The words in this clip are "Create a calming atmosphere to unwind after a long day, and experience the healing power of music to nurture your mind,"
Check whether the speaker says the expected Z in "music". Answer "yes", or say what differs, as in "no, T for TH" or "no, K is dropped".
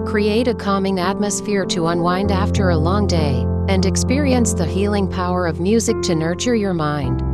yes